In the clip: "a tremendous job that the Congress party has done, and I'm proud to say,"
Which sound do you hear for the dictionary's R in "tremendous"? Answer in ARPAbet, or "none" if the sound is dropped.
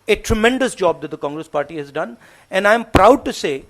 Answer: R